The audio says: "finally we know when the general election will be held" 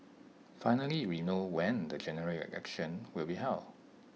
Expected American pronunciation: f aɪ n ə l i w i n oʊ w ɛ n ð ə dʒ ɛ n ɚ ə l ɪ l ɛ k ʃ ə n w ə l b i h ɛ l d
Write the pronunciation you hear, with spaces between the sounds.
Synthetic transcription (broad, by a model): f aɪ n ə l i w i n oʊ w ɛ n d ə dʒ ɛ n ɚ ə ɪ ɛ k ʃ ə n w ə l b i h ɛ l